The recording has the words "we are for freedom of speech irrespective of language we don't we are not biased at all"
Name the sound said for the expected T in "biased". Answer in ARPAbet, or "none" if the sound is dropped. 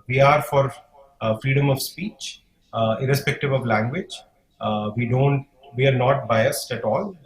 T